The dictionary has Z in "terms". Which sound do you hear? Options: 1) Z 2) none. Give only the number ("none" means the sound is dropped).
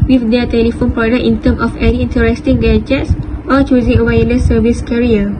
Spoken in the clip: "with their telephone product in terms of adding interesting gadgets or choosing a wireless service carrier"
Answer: 2